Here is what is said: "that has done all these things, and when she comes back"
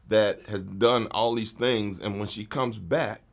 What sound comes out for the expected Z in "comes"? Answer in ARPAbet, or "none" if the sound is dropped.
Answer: Z